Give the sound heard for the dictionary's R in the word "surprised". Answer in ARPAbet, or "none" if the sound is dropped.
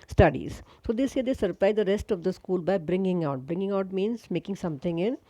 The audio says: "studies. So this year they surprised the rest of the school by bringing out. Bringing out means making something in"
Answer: L